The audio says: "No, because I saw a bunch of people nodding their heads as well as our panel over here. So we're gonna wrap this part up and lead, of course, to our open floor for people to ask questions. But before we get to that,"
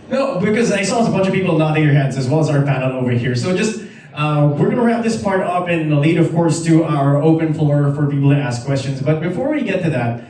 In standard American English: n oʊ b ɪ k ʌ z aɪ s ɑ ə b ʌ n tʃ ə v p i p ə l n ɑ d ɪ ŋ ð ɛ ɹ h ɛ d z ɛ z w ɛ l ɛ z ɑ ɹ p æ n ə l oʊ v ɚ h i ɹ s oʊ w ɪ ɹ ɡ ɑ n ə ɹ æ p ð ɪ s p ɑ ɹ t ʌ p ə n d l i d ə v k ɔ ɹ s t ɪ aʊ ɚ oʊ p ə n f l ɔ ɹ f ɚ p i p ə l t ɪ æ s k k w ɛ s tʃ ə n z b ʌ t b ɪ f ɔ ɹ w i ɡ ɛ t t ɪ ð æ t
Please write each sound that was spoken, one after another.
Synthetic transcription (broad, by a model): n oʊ b ɪ k ʌ z aɪ s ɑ ə b ʌ n tʃ ə v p i p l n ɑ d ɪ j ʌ ɹ h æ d z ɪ z w ɛ l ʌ z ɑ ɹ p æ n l oʊ v ɚ h i ɹ s oʊ w ɪ ɹ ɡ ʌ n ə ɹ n ð ɪ s p ɑ ɹ t ʌ p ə n l i d ə v k ɔ ɹ s t ɪ aʊ ɚ oʊ p ə n f l ɔ ɹ f ɚ p i p l t ɪ æ s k k w ɛ s tʃ ə n z b ʌ t b ɪ f ɔ ɹ w i ɡ ɛ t t ɪ ð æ t